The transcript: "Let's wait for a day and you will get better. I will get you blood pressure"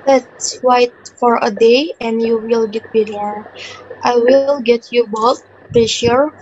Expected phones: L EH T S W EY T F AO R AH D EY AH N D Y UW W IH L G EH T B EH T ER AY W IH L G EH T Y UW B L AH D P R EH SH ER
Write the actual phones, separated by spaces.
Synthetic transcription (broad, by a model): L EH T S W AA T F AO R AH D EY AH N D Y UW W IH L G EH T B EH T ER AY W IH L G EH T Y UW B AO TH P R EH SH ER